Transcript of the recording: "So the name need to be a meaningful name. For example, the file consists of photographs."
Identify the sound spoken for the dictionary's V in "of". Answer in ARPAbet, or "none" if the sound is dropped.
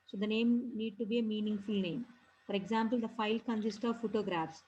V